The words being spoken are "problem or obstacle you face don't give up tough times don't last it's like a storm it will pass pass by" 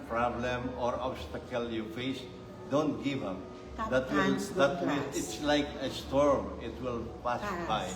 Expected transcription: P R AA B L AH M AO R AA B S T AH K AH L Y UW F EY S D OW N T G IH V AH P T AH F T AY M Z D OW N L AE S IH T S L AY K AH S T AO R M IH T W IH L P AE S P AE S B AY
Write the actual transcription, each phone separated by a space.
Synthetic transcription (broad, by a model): P R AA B L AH M AO R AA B S T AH K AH L Y UW F EY S D OW N T G IH V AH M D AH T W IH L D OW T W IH IH T S L AY K AH S T AO R M IH T W IH L P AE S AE S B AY